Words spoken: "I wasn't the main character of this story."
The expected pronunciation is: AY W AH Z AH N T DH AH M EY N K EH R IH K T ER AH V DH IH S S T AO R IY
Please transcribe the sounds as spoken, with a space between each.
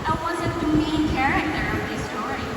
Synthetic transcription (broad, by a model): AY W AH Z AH T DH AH M EY N K EH R IH K T ER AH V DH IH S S T AO R IY